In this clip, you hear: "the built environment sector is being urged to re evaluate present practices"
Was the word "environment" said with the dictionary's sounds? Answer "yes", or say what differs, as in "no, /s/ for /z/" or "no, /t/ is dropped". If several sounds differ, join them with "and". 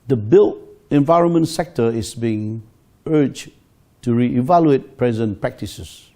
yes